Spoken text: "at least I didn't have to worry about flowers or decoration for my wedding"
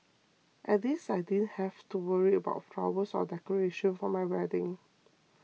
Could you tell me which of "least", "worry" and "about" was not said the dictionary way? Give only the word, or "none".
least